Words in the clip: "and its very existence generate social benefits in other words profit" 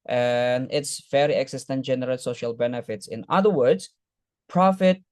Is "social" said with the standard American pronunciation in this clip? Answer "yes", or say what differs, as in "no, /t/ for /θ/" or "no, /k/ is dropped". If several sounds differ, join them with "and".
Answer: yes